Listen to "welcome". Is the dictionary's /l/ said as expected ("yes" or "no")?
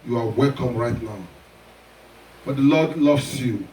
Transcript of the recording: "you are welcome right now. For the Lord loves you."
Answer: yes